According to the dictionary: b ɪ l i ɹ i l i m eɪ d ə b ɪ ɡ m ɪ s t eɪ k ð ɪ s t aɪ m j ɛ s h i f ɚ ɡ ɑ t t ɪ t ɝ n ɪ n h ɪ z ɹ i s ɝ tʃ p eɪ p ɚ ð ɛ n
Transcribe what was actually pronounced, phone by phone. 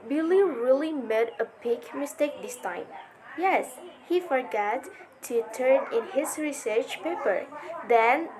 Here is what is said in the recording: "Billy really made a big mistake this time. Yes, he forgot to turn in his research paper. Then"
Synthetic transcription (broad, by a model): b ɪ l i ɹ i l i m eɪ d ə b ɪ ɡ m ɪ s t eɪ k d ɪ s t aɪ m j ɛ s h i f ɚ ɡ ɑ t t ɪ t ɝ n ɪ n h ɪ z ɹ i s ɝ tʃ p eɪ p ɚ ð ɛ n